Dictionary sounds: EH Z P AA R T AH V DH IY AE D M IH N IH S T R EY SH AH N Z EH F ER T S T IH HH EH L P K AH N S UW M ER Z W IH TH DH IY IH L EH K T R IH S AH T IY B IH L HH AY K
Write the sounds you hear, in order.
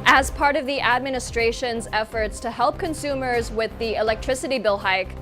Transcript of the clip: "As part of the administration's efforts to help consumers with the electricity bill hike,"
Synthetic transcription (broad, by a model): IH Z P AA R T AH V DH IY AE D M IH N IH S T R EY SH AH N Z EH F ER T S T IH HH EH L P K AH N S UW M ER Z W IH DH IY IH L EH K T R IH S AH T IY B IH L HH AY K